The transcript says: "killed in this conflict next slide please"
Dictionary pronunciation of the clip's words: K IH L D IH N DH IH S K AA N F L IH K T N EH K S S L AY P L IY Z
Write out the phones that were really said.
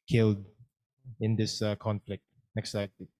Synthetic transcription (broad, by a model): K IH L D IH N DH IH S K AA N F L IH K T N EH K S S AY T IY